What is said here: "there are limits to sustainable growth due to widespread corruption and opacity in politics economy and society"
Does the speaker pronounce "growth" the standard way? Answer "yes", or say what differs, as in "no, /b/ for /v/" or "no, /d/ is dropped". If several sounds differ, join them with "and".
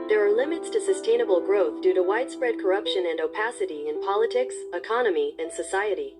yes